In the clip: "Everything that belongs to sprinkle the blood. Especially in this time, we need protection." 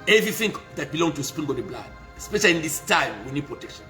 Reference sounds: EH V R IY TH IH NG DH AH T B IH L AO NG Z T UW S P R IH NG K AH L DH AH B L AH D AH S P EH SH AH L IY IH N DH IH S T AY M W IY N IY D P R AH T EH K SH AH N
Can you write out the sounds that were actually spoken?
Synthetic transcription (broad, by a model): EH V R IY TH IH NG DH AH T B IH L AO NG T UW S P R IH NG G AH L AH B L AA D AH S P EH SH AH L IY N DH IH S T AY M W IY N IY D P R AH T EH K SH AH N